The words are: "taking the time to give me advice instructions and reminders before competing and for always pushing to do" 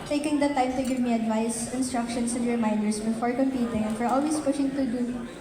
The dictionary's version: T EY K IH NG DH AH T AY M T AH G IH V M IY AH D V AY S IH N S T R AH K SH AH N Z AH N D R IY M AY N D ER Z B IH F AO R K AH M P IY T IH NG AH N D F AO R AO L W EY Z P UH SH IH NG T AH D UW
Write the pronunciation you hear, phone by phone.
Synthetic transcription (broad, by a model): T EY K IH NG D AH T AY M T AH G IH V M IY AH D V AY S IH N S T R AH K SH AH N S AH N D R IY M AY N D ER S B IH F AO R K AH M P IY T IH NG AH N F AO R AO L W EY S P UH SH IH NG T AH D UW